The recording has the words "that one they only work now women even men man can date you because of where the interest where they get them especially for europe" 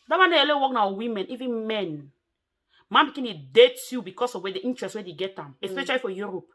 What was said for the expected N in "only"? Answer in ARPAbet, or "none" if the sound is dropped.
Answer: none